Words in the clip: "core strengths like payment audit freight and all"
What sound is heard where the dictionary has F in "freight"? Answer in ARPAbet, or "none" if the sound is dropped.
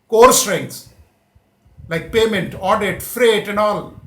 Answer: F